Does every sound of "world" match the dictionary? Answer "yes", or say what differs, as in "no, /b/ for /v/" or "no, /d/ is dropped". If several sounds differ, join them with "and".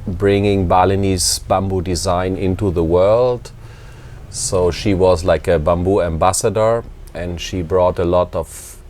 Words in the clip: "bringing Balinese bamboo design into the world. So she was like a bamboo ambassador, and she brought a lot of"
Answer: yes